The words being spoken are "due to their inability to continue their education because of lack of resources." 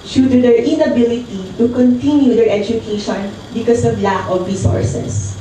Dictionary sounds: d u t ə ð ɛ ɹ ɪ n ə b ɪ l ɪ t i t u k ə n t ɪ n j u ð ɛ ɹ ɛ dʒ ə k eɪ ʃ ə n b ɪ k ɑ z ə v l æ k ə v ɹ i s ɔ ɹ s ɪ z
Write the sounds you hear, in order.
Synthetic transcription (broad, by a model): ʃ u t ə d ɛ ɹ ɪ n ə b ɪ l ɪ t i t u k ə n t ɪ n j u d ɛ ɹ ɛ dʒ ə k eɪ ʃ ə n b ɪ k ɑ s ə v l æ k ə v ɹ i s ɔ ɹ s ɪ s